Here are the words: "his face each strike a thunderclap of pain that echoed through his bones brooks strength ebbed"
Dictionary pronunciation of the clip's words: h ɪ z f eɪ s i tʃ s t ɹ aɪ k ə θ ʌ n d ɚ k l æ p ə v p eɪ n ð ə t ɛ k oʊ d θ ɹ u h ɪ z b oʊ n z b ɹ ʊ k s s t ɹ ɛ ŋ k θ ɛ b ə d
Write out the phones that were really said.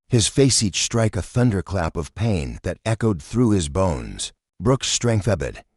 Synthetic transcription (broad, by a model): h ɪ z f eɪ s i tʃ s t ɹ aɪ k ə θ ʌ n d ɚ k l æ p ə v p eɪ n ð ə t ɛ k oʊ d θ ɹ u ɪ z b oʊ n z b ɹ ʊ k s s t ɹ ɛ ŋ k θ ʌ b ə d